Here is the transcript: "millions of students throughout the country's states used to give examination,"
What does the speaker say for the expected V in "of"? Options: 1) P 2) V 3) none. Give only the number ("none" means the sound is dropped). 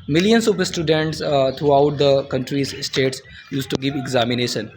1